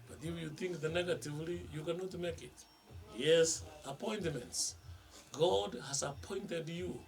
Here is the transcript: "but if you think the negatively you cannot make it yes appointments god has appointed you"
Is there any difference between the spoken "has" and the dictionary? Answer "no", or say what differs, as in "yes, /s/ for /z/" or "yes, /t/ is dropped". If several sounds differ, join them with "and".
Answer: yes, /s/ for /z/